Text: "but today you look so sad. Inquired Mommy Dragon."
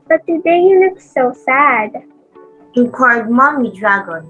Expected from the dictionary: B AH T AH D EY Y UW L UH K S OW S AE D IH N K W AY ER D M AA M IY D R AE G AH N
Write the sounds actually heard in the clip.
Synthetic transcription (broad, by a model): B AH T AH D EY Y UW L UH K S OW S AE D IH K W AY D M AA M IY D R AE G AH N